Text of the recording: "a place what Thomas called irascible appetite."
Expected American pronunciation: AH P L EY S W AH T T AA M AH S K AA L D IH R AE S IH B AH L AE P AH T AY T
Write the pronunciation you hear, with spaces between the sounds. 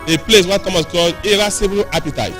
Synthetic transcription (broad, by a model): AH P L EY S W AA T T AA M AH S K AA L IH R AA S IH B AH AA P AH T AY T